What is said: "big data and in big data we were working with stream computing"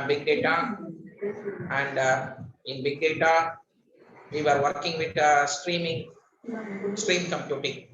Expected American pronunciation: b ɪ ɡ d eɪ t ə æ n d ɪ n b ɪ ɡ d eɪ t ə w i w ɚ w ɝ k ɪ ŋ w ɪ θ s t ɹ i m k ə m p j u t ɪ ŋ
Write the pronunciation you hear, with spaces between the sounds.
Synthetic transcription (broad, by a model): b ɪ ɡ d eɪ t ə æ n d ɪ n b ɪ ɡ d eɪ t ə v i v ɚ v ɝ k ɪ ŋ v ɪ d s t ɹ i m k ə m p j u t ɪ ŋ